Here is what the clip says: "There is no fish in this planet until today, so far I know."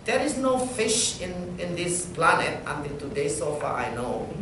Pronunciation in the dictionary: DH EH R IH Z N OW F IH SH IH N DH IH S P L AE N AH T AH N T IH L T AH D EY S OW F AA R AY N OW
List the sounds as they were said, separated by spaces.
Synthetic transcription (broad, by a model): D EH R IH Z N OW F IH SH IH N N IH S P L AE N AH T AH N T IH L T AH D EY S OW F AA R AY N OW